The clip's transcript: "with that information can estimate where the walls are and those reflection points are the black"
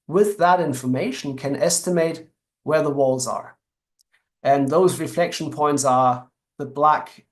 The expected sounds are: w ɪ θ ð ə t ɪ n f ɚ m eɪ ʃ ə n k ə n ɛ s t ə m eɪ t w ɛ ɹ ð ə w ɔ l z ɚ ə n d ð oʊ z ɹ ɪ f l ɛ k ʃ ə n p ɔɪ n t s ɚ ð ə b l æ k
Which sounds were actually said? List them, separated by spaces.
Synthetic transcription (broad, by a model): w ɪ ð ə t ɪ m f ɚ m eɪ ʃ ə n k ə n ɛ s t ə m eɪ t w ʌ ɹ ð ə w ɔ l z ɚ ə n ð oʊ z ɹ ɪ f l ɛ k ʃ ə n p ɔɪ n t s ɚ ð ə b l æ k